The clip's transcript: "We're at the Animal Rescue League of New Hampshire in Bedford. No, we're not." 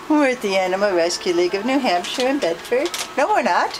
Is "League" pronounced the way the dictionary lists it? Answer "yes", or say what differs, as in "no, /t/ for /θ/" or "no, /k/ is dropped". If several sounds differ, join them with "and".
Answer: yes